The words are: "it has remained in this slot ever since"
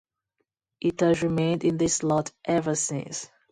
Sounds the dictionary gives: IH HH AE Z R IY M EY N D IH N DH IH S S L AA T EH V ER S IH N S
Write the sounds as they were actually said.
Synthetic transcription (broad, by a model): IH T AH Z R IY M EY N D IH N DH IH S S L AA T EH V ER S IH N S